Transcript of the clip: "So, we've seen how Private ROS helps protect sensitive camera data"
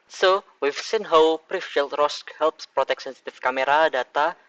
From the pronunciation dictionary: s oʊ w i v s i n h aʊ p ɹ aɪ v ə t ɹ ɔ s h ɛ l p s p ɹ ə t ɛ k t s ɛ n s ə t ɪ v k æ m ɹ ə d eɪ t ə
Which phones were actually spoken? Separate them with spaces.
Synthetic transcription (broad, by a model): s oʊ w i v s i n h aʊ p ɹ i f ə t ɹ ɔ s h ɛ l p s p ɹ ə t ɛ k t s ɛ n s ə t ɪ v k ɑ m ɹ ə d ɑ t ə